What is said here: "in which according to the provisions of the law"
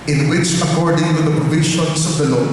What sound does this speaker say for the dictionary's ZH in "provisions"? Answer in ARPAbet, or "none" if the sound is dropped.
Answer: SH